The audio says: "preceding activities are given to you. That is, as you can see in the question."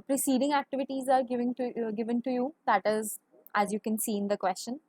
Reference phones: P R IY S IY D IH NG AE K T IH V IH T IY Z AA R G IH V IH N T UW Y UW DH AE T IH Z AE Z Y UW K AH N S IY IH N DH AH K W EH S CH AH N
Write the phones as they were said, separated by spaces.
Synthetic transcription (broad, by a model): P R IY S IY D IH NG AE K T IH V IH T IY Z AA R G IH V IH N T UW Y UW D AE T IH Z AE Z Y UW K AH N S IY IH N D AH K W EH S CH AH N